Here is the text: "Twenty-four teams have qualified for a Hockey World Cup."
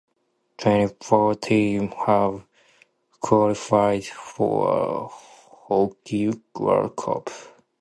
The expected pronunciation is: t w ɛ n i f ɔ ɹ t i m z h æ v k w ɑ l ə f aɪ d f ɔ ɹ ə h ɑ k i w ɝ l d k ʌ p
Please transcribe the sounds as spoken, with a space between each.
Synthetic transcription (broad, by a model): t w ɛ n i f ɔ ɹ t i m h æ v k w ɑ l ə f aɪ d f ɔ ɹ ə h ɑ k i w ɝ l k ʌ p